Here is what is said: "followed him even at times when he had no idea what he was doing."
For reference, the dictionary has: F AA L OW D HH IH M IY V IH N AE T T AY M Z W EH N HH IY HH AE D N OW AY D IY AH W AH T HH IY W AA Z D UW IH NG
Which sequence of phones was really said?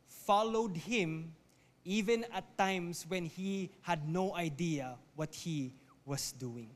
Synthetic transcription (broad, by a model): F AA L OW D HH IH M IY V IH N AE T T AY M S W EH N HH IY HH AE D N OW AY D IY AH W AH T HH IY W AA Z D UW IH NG